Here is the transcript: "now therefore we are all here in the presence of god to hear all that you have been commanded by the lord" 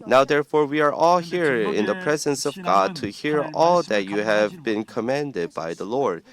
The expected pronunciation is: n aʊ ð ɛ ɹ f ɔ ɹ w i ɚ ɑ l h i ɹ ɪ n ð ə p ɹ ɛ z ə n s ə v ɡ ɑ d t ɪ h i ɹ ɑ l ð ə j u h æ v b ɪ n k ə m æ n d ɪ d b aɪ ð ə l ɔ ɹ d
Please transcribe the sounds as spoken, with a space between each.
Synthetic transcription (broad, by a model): n aʊ ð ɛ ɹ f ɔ ɹ w i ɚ ɑ l h i ɹ ɪ n ð ə p ɹ ɛ z ə n s ə v ɡ ɑ d t ɪ h i ɹ ɑ l ð ə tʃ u h æ v b ɪ n k ə m æ n d ɪ d b aɪ ð ə l ɔ ɹ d